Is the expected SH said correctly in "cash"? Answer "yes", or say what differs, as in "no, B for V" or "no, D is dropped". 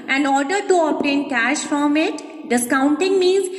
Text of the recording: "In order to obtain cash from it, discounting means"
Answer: yes